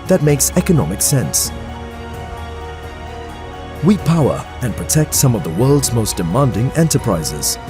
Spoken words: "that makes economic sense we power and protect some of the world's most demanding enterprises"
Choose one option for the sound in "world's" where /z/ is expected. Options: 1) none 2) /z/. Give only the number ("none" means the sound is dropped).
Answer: 2